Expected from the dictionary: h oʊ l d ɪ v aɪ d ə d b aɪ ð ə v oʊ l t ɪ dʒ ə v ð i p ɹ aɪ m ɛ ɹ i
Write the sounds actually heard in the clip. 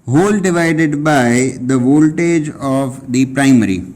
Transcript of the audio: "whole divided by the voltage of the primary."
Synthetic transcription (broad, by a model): h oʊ l d ɪ v aɪ d ə d b aɪ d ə v oʊ l t ɪ dʒ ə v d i p ɹ aɪ m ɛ ɹ i